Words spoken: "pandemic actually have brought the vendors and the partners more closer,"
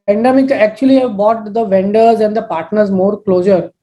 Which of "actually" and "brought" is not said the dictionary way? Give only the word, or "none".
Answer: brought